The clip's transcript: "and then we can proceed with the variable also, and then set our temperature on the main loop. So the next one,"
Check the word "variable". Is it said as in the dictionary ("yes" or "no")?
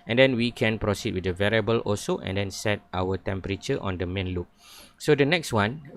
yes